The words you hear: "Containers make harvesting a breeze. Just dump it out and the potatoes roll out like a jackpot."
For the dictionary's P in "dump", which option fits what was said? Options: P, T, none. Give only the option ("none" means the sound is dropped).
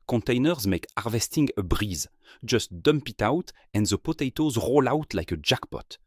P